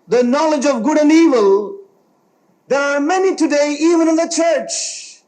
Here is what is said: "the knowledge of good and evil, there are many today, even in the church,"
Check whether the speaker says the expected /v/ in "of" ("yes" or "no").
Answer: yes